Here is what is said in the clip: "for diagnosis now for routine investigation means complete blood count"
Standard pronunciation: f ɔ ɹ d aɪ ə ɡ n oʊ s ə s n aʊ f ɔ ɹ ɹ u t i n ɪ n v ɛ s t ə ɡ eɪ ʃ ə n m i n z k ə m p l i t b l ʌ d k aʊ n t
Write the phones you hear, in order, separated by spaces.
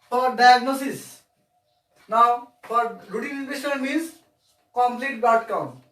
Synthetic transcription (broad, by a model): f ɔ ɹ d aɪ ə ɡ n oʊ s ə s n aʊ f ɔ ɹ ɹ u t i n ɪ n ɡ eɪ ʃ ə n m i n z k ə m p l i t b ʌ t k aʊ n